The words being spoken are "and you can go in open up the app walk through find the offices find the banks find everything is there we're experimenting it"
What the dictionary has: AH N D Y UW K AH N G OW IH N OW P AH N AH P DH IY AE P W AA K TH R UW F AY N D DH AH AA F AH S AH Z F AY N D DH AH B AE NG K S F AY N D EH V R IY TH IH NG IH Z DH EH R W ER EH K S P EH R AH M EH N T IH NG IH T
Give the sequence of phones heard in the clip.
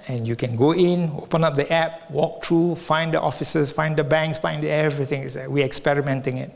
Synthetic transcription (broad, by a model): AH N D Y UW K AH N G OW IH N OW P AH N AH P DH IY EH P W AA K T R UW F AY N D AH AA F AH S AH S F AY N D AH B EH NG K S F AY N D EH V R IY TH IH NG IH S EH W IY EH K S P EH R AH M EH N T IH NG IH T